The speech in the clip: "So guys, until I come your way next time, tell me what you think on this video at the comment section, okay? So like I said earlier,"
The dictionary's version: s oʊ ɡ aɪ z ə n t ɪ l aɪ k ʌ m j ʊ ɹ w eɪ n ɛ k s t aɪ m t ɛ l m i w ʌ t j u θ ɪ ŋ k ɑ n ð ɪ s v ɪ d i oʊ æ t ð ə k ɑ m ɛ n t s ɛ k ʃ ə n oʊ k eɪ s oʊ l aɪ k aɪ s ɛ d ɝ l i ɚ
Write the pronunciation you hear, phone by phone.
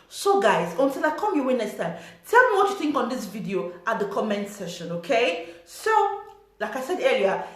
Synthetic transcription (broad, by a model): s oʊ ɡ aɪ z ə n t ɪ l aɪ k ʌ m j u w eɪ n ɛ s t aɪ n t ɛ l m i w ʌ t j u θ ɪ ŋ k ɑ n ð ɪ s v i d i oʊ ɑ t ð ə k ɑ m ɛ n t s ɛ ʃ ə n oʊ k eɪ s oʊ l aɪ k aɪ s ɛ d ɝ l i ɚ